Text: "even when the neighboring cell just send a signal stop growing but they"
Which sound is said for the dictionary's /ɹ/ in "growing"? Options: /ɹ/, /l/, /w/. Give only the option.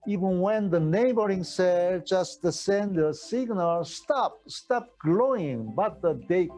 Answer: /l/